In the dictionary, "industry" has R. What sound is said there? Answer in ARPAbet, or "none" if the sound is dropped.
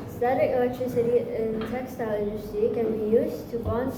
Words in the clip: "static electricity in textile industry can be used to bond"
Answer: none